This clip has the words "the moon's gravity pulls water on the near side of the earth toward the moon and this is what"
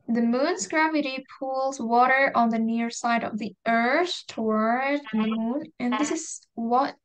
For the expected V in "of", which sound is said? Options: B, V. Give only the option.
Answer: V